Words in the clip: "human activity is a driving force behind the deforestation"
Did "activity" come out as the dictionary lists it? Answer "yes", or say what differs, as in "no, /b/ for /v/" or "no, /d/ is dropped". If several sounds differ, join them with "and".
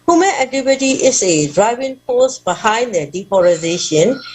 no, /k/ is dropped